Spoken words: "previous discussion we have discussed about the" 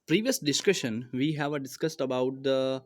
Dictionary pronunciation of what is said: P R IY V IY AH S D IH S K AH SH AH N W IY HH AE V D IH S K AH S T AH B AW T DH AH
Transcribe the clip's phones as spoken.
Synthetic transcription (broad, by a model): P R IY V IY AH S D IH S K AH SH AH N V IY HH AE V D IH S K AH S T AH B AW T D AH